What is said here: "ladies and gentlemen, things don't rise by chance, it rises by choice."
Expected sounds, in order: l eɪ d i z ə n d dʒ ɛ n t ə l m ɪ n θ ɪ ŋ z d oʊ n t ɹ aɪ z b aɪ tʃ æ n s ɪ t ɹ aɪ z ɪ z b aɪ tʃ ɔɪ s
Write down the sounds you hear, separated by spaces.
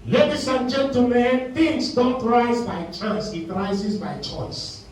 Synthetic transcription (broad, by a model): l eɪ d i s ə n dʒ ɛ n t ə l m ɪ n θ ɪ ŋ s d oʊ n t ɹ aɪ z b aɪ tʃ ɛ s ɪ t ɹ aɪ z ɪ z b aɪ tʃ ɔɪ s